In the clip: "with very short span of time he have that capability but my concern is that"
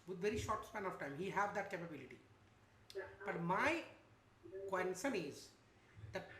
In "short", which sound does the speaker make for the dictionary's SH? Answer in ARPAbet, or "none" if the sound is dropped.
SH